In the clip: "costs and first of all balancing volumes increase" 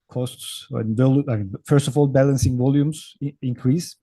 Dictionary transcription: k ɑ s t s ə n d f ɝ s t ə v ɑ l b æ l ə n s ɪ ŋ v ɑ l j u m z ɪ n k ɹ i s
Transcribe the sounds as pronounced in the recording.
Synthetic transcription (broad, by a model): k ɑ s t s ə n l f ɝ s t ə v ɑ l b æ l ə n s ɪ ŋ v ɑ l j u m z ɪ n k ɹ i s